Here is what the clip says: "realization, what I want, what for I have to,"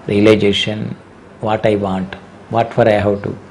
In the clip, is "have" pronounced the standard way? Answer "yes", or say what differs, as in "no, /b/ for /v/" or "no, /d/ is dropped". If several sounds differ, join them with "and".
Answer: no, /w/ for /v/